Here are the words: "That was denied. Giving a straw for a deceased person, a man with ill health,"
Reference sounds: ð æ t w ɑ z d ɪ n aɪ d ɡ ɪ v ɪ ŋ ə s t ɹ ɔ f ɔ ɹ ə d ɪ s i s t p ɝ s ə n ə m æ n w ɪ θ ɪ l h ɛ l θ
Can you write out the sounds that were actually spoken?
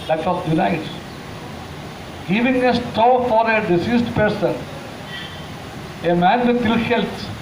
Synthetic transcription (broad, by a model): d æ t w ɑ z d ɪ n aɪ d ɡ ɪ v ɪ ŋ ə s t ɔ f ɔ ɹ ə d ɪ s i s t p ɝ s ə n ə m æ n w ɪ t ɪ l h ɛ l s